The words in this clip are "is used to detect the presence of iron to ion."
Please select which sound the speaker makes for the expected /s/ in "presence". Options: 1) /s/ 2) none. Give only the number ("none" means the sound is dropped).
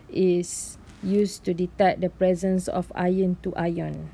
1